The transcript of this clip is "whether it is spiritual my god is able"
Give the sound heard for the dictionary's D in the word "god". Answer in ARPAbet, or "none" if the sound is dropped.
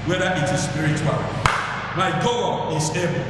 none